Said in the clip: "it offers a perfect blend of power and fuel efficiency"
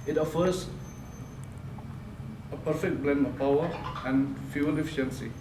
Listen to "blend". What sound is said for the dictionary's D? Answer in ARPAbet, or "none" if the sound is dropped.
none